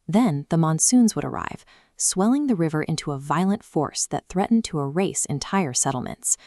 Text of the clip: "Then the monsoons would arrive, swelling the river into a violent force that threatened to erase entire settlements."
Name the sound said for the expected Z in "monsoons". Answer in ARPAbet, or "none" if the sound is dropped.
Z